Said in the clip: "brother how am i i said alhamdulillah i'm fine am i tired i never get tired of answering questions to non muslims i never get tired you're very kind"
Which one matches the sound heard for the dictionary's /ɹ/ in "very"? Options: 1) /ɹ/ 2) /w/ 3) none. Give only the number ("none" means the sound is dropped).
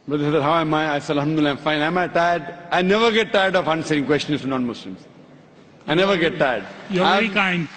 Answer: 3